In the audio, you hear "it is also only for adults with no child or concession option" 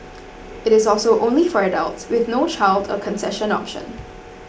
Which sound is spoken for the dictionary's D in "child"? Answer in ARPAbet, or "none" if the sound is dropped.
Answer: D